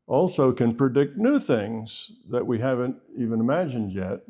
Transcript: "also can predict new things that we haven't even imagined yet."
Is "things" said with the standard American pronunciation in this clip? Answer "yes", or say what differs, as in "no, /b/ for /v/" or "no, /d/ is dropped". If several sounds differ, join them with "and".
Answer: yes